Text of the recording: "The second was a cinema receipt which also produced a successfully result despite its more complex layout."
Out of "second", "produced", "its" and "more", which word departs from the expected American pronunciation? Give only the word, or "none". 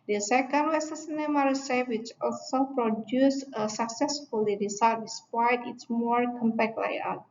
produced